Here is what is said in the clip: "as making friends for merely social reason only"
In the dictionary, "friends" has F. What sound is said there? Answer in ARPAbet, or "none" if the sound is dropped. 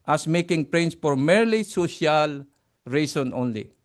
P